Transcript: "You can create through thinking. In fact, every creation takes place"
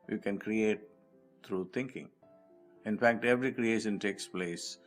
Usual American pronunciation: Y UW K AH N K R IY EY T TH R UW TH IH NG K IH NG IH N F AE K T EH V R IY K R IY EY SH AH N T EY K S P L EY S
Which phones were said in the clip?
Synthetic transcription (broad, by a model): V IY K AH N K R IY EY T T R UW T IH NG K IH NG IH N F AE K T EH V R IY K R IY EY SH AH N T EY K S P L EY S